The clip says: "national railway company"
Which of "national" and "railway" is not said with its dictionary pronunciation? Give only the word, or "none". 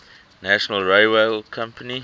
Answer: railway